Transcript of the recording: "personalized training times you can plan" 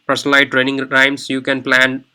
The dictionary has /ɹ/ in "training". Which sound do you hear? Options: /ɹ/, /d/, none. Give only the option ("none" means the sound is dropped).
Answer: /ɹ/